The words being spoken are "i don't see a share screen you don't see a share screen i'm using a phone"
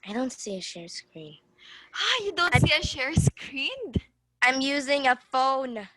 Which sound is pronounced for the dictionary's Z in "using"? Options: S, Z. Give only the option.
Z